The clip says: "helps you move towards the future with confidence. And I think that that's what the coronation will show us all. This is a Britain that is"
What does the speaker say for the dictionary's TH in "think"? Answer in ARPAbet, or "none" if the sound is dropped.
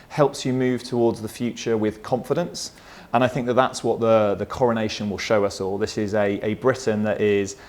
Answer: TH